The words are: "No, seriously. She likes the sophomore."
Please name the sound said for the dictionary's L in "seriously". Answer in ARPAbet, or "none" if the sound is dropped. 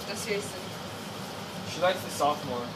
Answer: none